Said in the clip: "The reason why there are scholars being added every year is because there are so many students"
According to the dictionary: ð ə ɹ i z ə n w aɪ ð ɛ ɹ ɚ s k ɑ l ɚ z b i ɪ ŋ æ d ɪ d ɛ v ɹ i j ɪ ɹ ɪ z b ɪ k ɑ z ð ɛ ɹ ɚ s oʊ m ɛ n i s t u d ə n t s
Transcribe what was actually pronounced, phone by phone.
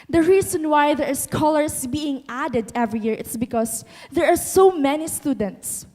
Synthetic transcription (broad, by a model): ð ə ɹ i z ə n w aɪ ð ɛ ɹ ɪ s k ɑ l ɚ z b i ɪ ŋ æ d ɪ d ɛ v ɹ i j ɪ ɹ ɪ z b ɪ k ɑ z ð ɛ ɹ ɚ s oʊ m ɛ n i s t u d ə n t s